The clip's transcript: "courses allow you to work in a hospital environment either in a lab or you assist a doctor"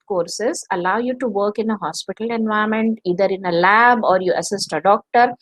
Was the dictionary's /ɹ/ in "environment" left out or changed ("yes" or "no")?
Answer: yes